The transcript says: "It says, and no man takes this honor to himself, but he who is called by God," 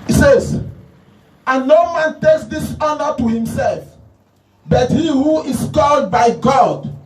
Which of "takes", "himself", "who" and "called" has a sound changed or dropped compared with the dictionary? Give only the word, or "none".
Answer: none